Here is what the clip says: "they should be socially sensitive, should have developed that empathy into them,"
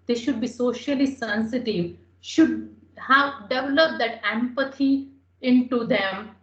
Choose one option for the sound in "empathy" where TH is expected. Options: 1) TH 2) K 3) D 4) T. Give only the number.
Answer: 4